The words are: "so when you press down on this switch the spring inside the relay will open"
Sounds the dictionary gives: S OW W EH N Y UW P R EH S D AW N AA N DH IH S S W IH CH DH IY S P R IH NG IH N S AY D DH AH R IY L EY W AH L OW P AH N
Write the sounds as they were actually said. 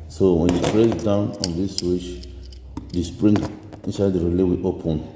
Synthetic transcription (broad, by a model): S OW W EH N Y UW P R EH D AW N AA N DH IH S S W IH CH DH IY S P R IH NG IH N S AY D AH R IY L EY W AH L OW P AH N